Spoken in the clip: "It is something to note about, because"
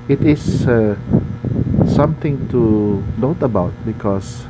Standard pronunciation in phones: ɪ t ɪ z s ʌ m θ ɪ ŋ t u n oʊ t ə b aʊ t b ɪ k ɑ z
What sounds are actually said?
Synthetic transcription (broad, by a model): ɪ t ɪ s s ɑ m t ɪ ŋ t u n oʊ t ə b aʊ t b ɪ k ɑ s